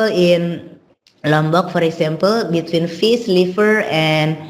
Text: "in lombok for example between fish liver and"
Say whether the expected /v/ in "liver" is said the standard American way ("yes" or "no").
no